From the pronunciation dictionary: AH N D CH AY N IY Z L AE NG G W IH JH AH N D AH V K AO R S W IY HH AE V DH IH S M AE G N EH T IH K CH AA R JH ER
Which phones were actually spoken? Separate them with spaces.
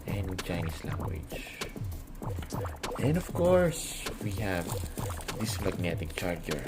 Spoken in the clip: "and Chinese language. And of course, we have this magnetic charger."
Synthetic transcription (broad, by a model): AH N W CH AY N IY S L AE NG G W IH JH AH N D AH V K AO R S W IY HH AE V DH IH S M AE G N EH T IH K CH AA R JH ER